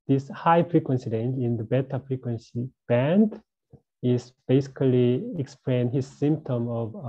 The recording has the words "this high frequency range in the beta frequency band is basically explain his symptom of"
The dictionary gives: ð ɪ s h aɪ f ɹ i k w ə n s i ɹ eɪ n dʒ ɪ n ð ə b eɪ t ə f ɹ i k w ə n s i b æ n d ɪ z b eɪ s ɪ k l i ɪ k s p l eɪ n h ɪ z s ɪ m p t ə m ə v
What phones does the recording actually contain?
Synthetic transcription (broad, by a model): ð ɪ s h aɪ f ɹ i k w ə n s i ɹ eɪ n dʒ ɪ n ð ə b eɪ t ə f ɹ i k w ə n s i b æ n d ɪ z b eɪ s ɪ k l i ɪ k s p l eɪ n h ɪ z s ɪ m p t ə m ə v